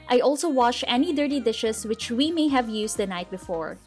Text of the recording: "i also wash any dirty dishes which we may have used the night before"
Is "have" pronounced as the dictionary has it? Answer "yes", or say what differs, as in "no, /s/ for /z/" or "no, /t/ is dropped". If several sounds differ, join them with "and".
yes